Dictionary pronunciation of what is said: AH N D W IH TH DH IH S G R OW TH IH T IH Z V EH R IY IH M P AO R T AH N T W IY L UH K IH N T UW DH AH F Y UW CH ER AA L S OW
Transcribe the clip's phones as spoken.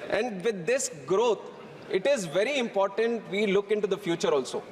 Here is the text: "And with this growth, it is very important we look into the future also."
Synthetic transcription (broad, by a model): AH N D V IH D IH S G R OW T IH T IH Z V EH R IY IH M P AO R T AH N T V IY L UH K IH N T UW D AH F Y UW CH ER AA L S OW